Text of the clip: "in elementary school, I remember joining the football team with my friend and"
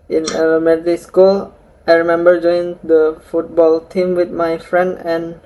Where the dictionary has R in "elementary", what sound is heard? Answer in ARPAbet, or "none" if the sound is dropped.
none